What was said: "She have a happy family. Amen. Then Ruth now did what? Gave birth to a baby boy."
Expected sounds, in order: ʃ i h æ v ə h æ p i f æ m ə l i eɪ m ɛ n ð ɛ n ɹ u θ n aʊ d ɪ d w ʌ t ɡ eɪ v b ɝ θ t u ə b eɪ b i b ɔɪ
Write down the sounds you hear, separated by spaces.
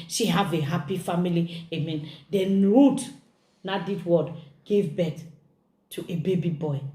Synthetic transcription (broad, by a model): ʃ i h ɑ v ə h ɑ p i f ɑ m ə l i eɪ m ɛ n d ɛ n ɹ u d n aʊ d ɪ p w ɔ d ɡ eɪ v b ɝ t t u ə b eɪ b i b ɔɪ